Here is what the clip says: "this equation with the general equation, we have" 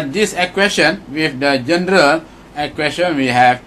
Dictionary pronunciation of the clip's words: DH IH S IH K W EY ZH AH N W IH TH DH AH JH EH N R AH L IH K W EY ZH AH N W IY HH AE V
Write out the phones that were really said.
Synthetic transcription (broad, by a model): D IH S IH K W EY SH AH N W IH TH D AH JH EH N R AH L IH K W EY SH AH N W IY HH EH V